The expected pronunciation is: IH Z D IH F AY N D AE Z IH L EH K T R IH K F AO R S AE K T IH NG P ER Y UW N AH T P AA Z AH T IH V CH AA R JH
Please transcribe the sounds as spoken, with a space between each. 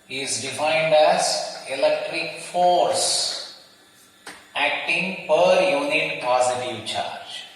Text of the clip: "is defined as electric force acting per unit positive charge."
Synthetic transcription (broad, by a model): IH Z D IH F AY N D AE Z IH L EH K T R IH K F AO R S AE K T IH NG P ER Y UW N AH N P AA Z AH T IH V CH AA R JH